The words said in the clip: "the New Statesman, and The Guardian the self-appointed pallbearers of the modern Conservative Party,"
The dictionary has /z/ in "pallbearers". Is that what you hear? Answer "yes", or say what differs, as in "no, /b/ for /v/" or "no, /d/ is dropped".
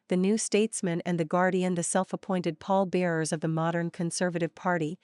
yes